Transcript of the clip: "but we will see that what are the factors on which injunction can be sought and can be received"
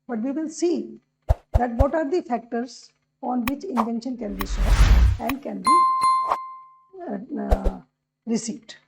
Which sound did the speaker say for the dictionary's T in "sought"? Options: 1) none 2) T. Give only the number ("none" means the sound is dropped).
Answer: 1